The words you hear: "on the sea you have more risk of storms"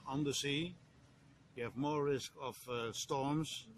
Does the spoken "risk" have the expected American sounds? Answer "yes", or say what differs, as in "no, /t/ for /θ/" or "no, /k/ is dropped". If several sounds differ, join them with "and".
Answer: yes